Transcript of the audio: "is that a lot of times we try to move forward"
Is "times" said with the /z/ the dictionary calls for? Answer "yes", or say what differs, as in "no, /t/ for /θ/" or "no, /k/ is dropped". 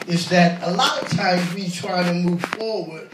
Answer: yes